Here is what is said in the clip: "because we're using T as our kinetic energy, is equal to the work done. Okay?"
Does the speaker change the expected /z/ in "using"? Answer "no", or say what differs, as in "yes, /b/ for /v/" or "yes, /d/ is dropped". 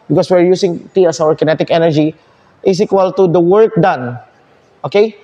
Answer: yes, /s/ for /z/